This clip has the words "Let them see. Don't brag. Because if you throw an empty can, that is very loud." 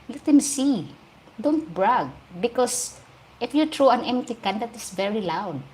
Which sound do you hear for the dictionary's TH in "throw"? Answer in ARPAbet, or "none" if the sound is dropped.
T